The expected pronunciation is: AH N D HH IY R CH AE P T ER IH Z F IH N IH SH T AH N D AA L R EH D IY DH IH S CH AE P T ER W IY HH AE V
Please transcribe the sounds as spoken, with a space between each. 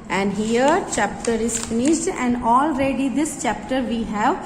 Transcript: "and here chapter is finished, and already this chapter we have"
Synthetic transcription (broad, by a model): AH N D HH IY R CH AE P T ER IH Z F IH N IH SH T AH N D AA L R EH D IY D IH S CH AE P T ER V IY HH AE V